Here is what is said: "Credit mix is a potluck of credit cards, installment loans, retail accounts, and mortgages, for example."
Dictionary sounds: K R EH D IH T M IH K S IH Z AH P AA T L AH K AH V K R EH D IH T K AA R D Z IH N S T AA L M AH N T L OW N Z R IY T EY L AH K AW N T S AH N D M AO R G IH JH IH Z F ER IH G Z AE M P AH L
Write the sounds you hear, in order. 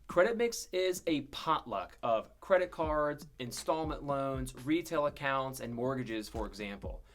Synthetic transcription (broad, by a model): K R EH D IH T M IH K S IH Z AH P AA T L AH K AH V K R EH D IH T K AA R D Z IH N S T AA L M AH N T L OW N Z R IY T EY L AH K AW N T S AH N M AO R G IH JH IH Z F ER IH G Z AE M P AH L